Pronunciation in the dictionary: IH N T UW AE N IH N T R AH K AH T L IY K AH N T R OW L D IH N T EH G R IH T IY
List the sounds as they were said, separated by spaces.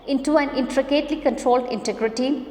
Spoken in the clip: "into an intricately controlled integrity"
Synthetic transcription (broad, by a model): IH N T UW AE N IH N T R AH K AH T L IY K AH N T R OW L D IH N T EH G R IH T IY